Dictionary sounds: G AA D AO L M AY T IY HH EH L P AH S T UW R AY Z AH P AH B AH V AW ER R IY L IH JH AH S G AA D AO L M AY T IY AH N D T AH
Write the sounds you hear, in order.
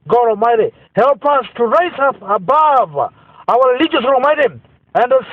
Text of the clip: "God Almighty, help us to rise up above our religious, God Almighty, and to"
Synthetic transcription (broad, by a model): G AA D AO L M AY T IY HH EH L P AH S T UW R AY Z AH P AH B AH V AW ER R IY L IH JH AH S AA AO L M AY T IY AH N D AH